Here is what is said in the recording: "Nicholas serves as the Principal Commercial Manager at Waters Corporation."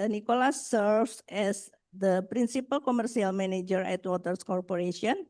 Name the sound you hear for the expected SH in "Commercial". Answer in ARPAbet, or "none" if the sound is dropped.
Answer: S